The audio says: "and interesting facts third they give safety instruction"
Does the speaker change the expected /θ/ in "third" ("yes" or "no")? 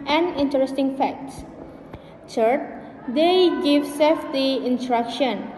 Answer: yes